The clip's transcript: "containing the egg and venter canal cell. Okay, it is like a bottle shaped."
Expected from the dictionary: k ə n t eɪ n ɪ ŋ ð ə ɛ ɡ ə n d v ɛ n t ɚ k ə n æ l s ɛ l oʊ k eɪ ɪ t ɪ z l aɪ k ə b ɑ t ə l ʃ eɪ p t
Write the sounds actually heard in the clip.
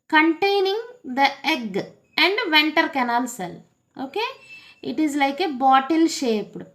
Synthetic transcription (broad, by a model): k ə n t eɪ n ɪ ŋ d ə ɛ ɡ ə n d v ɛ n t ɚ k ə n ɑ l s ɛ l oʊ k eɪ ɪ t ɪ z l aɪ k ə b ɑ t ə l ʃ eɪ p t